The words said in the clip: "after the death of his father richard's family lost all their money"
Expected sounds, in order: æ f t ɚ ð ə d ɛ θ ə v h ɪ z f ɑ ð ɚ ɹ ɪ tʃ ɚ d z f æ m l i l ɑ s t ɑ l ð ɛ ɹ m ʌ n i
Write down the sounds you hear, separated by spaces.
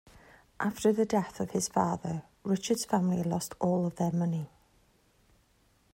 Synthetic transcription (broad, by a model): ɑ f t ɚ ð ə d ɛ θ ə v h ɪ z f ɑ ð ɚ ɹ ɪ tʃ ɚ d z f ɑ m l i l ɑ s t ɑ l ð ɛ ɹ m ʌ n i